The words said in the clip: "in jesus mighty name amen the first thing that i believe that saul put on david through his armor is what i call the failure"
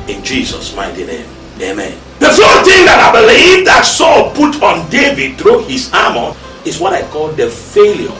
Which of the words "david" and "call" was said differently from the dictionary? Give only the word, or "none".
none